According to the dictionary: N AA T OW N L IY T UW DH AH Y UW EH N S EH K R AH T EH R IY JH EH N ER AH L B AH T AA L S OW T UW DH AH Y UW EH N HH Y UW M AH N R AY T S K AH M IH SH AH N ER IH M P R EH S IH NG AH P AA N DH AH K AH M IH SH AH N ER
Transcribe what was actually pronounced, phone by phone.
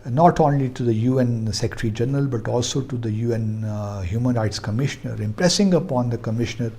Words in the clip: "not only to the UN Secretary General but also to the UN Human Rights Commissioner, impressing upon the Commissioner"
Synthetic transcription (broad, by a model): N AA T OW N L IY T UW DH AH Y UW EH N S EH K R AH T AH R IY JH EH N ER AH L B AH T AA L S OW T UW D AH Y UW EH N HH Y UW M AH N R AY T S K AH M IH SH AH N ER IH M P R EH S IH NG AH P AA N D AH K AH M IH SH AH N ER